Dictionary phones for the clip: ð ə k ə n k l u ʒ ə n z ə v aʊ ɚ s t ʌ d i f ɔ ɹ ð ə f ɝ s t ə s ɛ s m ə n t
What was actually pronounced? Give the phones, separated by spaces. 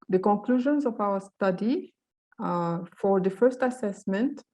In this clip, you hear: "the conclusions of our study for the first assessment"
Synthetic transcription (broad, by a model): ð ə k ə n k l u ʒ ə n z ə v aʊ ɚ s t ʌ d i f ɔ ɹ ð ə f ɝ s t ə s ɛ s m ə n t